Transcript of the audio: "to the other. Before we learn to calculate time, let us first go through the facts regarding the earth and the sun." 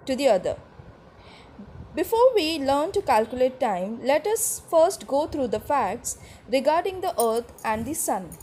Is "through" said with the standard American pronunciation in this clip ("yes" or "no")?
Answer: no